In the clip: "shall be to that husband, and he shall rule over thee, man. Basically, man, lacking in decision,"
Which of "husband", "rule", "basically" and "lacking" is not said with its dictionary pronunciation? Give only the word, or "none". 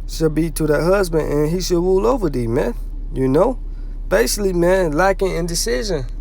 none